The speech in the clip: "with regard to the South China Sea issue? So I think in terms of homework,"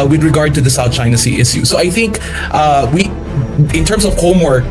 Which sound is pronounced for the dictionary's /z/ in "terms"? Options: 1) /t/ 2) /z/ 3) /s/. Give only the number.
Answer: 3